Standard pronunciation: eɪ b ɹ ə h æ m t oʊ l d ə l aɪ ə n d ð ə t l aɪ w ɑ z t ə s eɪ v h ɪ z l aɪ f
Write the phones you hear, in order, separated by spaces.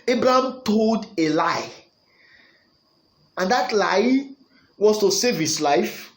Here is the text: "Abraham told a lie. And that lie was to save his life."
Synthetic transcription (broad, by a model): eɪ b ɹ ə h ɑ m t oʊ l d ə l aɪ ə n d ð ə t l aɪ w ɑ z t ə s eɪ v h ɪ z l aɪ f